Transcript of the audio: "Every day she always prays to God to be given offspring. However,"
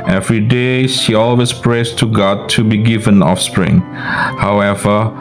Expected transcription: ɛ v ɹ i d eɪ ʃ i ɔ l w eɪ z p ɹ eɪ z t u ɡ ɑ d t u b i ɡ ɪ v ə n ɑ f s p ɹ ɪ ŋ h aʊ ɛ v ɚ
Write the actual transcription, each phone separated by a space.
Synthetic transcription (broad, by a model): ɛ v ɹ i d eɪ ʃ i ɔ l w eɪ s p ɹ eɪ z t u ɡ ɑ d t u b i ɡ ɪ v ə n ɑ f s p ɹ ɪ ŋ h aʊ ɛ v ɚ